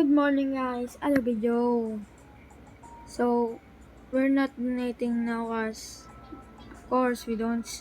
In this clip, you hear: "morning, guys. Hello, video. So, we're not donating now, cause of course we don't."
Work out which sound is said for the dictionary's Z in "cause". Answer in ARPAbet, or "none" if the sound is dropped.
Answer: S